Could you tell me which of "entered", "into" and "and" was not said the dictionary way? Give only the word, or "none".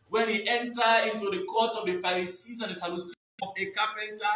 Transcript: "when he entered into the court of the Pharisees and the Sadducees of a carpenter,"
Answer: entered